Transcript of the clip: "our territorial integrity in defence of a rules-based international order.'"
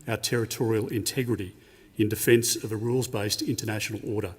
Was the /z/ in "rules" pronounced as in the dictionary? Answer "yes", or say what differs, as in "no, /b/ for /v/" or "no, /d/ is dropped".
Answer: yes